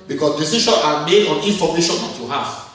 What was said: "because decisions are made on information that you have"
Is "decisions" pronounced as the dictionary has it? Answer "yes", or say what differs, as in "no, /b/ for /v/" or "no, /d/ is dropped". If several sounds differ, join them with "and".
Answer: no, /ʃ/ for /ʒ/ and /z/ is dropped